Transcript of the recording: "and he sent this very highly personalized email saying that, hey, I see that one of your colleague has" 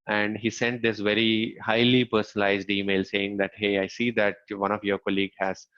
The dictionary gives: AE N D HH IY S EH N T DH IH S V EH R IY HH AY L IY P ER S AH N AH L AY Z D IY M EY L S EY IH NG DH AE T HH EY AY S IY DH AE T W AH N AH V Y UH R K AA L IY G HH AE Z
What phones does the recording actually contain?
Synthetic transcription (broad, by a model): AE N D HH IY S EH N T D IH S V EH R IY HH AY L IY P ER S AH N AH L AY Z D IY M EY L S EY IH NG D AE T HH EY AY S IY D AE T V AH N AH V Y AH R K AA L IY G HH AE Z